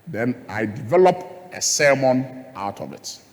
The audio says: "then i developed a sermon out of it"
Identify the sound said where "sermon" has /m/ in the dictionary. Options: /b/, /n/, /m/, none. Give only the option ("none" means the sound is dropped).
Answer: /m/